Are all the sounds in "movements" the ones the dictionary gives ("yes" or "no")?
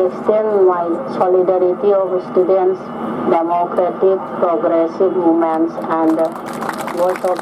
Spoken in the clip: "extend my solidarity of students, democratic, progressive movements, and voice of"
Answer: no